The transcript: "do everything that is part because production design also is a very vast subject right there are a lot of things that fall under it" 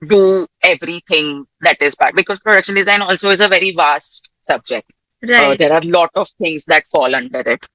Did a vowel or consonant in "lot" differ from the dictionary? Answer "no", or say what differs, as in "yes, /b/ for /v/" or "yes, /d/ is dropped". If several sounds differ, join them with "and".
no